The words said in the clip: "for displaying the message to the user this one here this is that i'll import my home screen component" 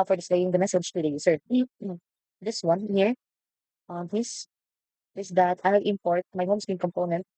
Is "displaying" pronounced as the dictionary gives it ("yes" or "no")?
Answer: no